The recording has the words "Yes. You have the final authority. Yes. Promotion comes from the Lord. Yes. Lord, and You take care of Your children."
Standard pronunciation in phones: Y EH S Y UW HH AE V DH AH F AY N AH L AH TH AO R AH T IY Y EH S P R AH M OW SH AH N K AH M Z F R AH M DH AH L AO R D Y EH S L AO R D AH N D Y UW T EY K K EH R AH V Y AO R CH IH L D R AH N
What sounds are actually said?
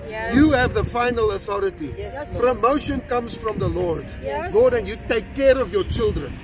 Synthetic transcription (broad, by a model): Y Y UW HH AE V DH AH F AY N AH L AH TH AO R AH T IY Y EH P R AH M OW SH AH N K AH M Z F R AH M DH AH L AO R D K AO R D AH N Y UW T EY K K EH R AH V Y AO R CH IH L D R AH N